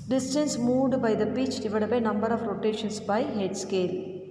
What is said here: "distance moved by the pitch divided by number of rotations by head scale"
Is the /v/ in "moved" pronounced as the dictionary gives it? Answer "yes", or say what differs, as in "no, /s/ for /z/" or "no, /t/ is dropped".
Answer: no, /v/ is dropped